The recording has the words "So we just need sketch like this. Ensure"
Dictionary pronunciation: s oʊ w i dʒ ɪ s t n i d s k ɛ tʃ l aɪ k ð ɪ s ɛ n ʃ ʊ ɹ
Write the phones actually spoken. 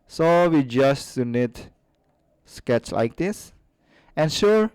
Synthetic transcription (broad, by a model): s oʊ w i dʒ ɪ s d n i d s k ɛ tʃ l aɪ k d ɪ s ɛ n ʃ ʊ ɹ